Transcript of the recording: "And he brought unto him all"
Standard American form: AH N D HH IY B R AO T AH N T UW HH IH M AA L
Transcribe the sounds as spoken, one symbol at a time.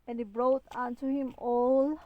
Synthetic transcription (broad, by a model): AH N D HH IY B R AO T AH N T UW HH IH M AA L